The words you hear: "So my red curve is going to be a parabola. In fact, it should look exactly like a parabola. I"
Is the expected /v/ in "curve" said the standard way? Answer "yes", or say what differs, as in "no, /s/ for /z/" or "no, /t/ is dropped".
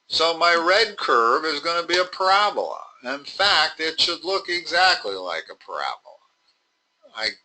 yes